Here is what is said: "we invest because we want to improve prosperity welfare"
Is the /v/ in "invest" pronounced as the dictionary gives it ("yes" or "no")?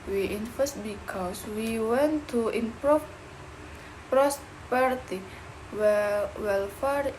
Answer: no